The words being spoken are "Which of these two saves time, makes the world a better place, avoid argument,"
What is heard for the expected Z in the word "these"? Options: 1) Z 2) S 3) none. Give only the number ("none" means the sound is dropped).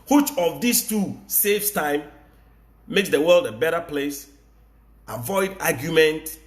2